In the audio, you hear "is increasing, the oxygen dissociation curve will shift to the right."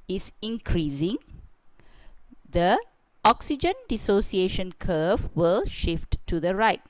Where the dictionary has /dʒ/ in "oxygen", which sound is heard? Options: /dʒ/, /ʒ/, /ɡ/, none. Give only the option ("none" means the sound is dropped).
/dʒ/